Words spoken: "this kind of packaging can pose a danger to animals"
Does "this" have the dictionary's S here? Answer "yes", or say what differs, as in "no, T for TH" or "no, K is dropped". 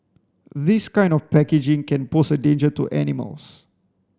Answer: yes